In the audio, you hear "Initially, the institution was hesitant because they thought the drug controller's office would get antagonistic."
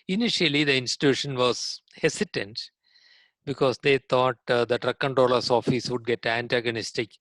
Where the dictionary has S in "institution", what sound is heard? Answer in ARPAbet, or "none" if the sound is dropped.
S